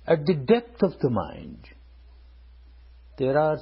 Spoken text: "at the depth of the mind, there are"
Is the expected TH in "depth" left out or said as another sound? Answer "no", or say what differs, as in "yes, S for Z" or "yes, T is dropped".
yes, T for TH